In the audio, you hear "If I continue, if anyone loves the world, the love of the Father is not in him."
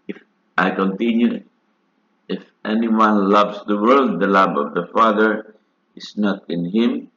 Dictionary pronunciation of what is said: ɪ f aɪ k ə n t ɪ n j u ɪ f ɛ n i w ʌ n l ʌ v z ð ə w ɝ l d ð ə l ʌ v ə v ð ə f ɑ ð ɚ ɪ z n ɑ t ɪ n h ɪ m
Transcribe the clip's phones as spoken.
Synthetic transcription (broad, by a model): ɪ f aɪ k ə n t ɪ n j u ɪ f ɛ n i w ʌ n l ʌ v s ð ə w ɝ l d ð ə l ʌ b ə v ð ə f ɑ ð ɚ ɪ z n ɑ t ɪ n h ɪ m